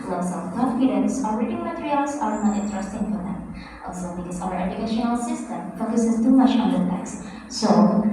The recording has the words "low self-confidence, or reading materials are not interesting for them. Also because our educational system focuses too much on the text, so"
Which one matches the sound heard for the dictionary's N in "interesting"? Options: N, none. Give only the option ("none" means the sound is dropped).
none